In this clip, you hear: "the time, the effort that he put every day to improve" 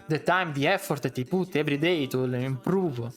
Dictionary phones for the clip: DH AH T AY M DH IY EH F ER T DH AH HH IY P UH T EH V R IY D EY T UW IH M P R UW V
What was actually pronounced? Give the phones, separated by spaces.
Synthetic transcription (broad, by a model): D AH T AY M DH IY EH F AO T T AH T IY P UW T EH B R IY D EY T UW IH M P R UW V